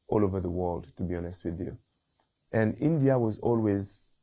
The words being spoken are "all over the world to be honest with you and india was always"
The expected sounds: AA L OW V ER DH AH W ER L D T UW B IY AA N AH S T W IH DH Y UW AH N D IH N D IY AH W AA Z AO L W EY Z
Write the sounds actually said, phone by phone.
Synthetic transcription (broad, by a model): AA L OW V ER DH AH W ER L D T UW B IY AA N AH S T W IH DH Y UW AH N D IH N D IY AH W AA Z AO L W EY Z